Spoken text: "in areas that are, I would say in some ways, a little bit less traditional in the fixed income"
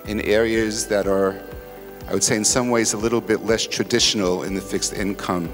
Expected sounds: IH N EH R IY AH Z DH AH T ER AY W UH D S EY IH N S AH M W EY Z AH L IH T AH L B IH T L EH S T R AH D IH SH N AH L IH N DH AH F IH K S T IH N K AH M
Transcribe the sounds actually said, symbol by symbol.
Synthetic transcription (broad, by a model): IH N EH R IY AH Z DH AH T ER AY W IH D S EY IH N S AH M W EY Z AH L IH T L B IH T L EH S T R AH D IH SH N L IH N DH AH F IH K S T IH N K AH M